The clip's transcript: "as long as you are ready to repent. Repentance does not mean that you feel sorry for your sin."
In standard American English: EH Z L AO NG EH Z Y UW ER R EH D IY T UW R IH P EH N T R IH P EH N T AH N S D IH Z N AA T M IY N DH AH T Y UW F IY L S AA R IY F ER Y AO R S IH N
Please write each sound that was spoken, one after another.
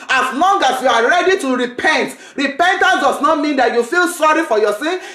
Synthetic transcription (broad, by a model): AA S L AO NG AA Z Y UW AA R EH D IY T UW R IH P EH N T R IH P EH N T AH N S D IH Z N AA T M IY N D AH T Y UW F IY L S AA R IY F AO Y AO S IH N